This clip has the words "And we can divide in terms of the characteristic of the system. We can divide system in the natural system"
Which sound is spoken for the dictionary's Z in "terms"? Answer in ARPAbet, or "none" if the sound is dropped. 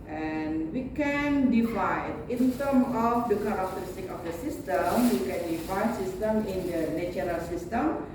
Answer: none